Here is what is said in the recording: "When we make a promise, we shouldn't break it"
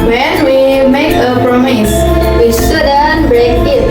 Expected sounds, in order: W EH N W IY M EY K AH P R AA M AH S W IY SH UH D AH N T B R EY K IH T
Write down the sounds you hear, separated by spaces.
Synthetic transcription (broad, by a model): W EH N W IY M EY K AH P R AA M AH S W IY S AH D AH N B R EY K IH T